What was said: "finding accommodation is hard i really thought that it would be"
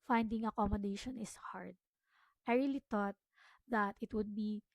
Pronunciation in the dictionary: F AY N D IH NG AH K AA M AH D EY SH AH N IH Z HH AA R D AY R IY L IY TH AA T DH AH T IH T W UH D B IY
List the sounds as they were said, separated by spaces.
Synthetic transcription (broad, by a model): F AY N D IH NG AH K AA M AH D EY SH AH N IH S HH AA R D AY R IY L IY T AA T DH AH T IH T W UH D B IY